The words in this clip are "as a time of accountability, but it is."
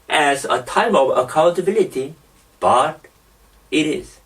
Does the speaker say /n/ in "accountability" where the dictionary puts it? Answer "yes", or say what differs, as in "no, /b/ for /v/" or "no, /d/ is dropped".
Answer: no, /l/ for /n/